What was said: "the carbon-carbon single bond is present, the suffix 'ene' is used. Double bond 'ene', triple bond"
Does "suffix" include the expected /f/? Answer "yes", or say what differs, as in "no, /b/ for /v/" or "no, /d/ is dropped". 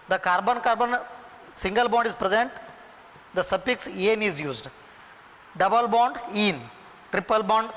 no, /p/ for /f/